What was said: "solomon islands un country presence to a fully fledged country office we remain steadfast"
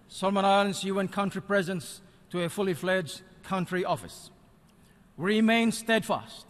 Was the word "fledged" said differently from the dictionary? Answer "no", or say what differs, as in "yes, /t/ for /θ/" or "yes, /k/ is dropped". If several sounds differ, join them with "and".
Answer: no